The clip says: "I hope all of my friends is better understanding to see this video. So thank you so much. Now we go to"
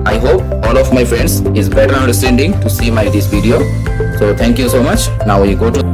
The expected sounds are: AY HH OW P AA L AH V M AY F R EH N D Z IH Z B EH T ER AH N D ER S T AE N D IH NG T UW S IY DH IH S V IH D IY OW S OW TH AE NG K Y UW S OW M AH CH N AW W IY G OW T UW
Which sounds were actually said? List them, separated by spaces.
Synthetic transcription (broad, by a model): AY HH OW P AA L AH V M AY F R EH N D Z IH Z B EH T ER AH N D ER S T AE N D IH NG T UW S IY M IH S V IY D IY OW S OW T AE NG K Y UW S OW M AH CH N AW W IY G OW T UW